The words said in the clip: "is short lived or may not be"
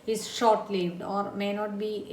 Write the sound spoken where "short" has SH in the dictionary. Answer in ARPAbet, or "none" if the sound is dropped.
SH